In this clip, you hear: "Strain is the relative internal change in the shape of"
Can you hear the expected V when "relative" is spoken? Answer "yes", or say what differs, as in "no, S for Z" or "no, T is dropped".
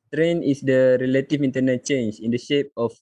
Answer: no, F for V